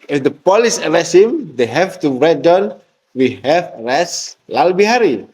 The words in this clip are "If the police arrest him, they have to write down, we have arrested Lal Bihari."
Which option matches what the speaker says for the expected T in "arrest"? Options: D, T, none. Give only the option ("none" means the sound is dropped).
none